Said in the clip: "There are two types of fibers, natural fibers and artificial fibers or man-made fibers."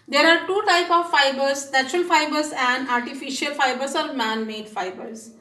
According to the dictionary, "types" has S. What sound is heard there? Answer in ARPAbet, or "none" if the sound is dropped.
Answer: none